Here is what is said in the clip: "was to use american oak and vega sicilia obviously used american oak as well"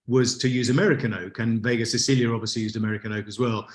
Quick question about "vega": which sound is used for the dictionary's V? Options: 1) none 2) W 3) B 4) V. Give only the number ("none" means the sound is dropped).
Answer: 4